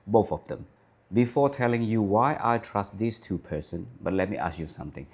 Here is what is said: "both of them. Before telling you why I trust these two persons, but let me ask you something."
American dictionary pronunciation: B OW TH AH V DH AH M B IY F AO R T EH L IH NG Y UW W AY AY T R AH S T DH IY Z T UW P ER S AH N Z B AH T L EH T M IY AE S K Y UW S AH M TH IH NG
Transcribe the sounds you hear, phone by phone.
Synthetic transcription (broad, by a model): B OW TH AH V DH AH M B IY F AO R T EH L IH NG Y UW W AY AY T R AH S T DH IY S T UW P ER S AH N B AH T L EH T M IY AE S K Y UW S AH M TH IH NG